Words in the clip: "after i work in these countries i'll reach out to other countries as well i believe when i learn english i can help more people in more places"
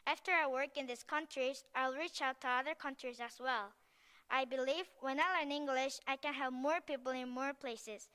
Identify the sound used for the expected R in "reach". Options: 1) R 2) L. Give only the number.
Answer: 1